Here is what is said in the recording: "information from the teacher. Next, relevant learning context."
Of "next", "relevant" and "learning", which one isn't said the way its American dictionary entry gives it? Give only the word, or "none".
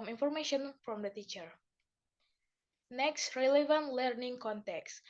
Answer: none